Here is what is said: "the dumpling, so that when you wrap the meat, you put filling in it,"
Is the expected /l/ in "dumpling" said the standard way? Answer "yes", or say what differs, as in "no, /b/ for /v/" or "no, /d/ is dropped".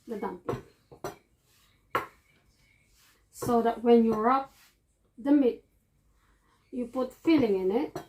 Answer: no, /l/ is dropped